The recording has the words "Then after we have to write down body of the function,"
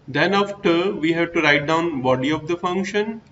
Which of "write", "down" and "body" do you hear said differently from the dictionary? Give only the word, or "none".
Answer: none